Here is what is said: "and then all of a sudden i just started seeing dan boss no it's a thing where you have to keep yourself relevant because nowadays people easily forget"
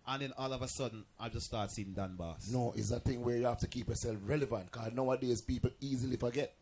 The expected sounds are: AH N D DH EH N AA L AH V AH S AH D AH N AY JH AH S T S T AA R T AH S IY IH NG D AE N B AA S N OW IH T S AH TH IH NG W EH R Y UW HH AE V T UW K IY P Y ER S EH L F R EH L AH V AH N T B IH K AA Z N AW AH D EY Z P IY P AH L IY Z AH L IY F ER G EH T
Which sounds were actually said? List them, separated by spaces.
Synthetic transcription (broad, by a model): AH N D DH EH N AA L AH V AH S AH D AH N AY JH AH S S T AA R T S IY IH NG D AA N B AA S N OW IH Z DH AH TH IH NG W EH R Y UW HH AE F T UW K IY P Y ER S EH L F R EH L AH V AH N T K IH AA N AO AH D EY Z P IY P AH L IY Z AH L IY F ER G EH T